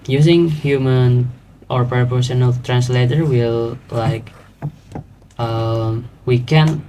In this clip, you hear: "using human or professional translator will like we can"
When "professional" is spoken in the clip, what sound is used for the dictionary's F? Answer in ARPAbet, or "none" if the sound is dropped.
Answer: P